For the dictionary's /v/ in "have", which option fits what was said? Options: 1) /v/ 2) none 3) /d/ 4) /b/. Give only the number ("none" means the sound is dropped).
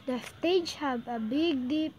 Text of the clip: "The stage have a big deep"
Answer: 4